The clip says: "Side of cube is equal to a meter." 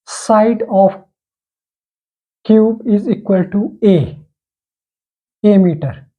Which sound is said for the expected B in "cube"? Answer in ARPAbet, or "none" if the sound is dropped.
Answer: B